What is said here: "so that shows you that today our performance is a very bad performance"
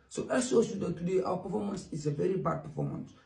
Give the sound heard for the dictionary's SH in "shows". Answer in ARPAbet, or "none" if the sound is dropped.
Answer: S